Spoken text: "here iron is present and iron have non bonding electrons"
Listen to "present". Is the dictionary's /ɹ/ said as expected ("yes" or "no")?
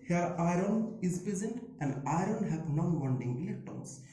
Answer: yes